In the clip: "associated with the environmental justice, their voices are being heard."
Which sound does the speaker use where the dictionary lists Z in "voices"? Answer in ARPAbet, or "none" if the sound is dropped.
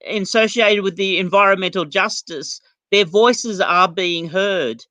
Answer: Z